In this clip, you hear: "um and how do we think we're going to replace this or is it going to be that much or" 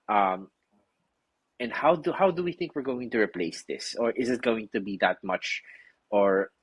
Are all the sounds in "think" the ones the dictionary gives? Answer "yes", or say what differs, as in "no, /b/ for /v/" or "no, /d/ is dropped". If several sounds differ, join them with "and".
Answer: yes